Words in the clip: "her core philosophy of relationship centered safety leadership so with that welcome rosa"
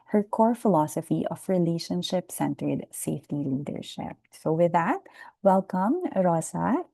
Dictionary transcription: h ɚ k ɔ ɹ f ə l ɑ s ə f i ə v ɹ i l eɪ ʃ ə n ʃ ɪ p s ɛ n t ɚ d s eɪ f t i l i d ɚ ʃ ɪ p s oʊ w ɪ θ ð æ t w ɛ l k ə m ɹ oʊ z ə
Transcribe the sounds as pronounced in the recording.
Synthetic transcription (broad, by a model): h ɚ k ɔ ɹ f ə l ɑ s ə f i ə f ɹ i l eɪ ʃ ə n ʃ ɪ p s ɛ n t ɚ d s eɪ f t i l i d ɚ ʃ ɪ p s oʊ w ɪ ð æ t w ɛ l k ə m ɹ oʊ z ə